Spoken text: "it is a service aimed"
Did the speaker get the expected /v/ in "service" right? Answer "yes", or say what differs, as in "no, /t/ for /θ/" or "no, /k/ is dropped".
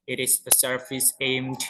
no, /f/ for /v/